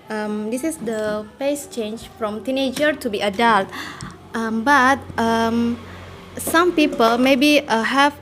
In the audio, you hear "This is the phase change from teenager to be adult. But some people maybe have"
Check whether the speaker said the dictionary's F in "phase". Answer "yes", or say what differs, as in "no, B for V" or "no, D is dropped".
no, P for F